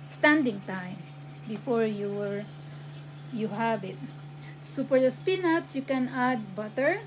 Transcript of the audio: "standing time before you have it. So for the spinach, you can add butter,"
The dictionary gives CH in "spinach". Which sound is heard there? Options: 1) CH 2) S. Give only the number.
2